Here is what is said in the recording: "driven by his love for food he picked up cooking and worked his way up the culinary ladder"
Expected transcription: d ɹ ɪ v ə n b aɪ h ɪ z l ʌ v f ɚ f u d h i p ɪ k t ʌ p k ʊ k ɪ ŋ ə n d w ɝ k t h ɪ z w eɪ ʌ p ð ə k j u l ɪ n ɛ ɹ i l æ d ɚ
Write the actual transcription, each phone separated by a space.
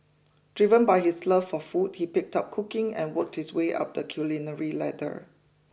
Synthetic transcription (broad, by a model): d ɹ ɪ v ə n b aɪ h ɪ s l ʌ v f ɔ f u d h i p ɪ k t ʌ p k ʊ k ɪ ŋ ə n w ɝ k t h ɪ s w eɪ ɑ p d ə k j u l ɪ n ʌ ɹ i l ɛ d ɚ